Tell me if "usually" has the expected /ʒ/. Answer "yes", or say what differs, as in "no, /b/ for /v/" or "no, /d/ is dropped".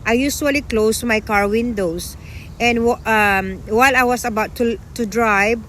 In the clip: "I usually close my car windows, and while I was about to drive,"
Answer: no, /s/ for /ʒ/